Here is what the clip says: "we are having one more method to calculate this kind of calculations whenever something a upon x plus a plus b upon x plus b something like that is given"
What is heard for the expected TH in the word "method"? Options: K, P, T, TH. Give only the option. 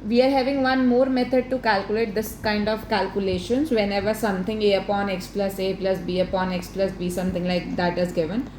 T